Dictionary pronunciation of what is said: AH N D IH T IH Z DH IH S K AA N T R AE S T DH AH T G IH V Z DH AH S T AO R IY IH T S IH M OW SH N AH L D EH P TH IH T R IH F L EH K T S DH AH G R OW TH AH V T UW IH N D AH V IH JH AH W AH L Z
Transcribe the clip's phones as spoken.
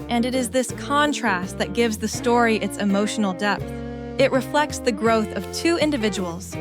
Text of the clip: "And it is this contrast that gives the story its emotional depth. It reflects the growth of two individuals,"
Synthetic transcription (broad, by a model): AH N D IH T IH Z DH IH S K AA N T R AE S T DH AH T G IH V Z DH AH S T AO R IY IH T S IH M OW SH N L D EH P TH IH T R IH F L EH K T S DH AH G R OW TH AH V T UW IH N D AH V IH JH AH W L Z